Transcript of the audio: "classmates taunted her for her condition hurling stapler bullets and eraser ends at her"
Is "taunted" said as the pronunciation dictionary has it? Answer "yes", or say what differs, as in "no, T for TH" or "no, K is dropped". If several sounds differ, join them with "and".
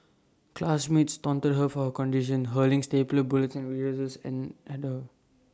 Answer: yes